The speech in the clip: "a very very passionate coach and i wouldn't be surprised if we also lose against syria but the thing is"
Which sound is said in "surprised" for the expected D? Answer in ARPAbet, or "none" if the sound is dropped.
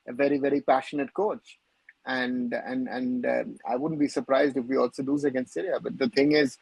D